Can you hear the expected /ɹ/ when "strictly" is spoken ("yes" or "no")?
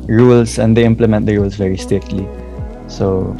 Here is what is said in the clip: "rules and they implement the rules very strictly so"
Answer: no